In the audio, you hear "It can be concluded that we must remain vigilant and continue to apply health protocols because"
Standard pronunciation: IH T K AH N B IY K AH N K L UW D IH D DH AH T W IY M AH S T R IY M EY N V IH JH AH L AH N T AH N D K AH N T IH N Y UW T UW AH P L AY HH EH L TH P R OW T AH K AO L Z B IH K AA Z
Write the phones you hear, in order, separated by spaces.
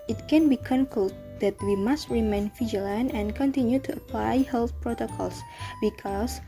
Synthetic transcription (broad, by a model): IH T K AH N B IY K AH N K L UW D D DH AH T W IY M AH S T R IY M EY N F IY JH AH L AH N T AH N K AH N T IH N Y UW T UW AH P L AY HH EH L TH P R OW T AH K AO L S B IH K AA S